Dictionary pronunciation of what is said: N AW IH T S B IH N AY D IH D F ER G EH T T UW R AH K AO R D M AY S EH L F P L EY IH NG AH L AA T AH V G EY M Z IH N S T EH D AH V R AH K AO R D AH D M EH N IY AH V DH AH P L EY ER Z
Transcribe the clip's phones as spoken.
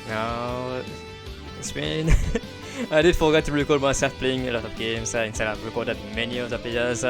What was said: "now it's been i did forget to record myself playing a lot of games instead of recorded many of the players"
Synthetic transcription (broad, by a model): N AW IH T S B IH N AY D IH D F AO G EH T T UW R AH K AO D M AY S EH L F P L EY IH NG AH L AA T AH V G EY M S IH N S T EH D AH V R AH K AO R D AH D M EH N IY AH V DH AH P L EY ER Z